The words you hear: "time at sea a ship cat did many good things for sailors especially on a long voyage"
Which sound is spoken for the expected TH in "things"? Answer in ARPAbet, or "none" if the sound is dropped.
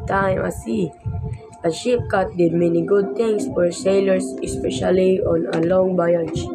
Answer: T